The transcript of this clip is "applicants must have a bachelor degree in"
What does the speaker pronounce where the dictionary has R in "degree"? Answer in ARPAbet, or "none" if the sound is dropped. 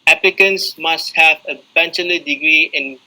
R